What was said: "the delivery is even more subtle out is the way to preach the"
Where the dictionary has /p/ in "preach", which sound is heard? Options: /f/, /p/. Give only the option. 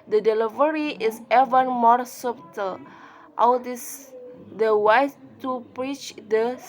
/p/